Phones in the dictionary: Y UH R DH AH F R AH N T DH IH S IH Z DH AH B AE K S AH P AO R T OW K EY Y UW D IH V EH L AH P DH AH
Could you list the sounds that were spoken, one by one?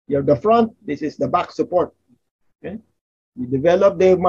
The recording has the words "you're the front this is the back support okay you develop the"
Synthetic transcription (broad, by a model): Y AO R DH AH F R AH N T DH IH S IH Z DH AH B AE K S AH P AO R T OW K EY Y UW D IH V EH L AH P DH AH